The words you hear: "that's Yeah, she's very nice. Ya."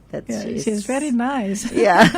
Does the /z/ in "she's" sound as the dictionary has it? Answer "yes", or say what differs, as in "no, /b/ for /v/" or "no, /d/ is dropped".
yes